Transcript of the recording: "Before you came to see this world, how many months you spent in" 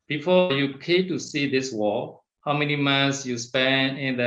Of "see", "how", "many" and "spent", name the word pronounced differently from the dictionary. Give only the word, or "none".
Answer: spent